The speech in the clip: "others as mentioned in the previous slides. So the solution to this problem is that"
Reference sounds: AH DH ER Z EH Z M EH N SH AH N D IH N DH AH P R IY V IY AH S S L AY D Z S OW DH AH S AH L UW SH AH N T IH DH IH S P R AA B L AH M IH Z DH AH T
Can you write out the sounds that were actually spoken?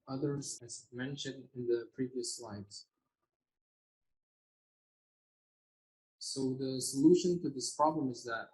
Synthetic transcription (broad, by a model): AH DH ER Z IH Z M EH N SH AH N D IH N DH AH P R IY V IY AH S S L AY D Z S OW DH AH S AH L UW SH AH N T IH DH IH S P R AA B L AH M IH Z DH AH T